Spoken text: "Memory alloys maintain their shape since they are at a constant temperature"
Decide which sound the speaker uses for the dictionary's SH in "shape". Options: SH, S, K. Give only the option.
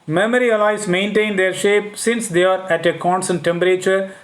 SH